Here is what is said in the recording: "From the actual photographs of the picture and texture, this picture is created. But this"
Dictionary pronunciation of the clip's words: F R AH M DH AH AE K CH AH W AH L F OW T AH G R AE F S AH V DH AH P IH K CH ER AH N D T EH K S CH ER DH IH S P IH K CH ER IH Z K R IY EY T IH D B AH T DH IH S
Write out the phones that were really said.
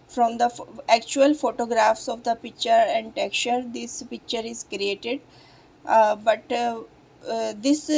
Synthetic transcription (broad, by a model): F R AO M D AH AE K CH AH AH L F OW T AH G R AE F S AH V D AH P IH K CH ER AH N D T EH K CH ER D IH S P IH K CH ER IH Z K R IY EY T IH D B AH T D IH S